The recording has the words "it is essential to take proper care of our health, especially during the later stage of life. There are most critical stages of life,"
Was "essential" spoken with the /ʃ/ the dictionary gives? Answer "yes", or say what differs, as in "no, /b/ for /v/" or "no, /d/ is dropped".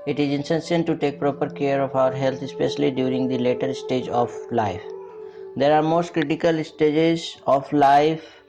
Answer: no, /s/ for /ʃ/